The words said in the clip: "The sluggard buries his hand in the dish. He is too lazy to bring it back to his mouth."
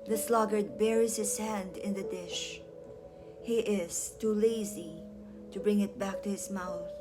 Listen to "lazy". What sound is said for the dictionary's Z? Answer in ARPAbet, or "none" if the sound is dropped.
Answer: Z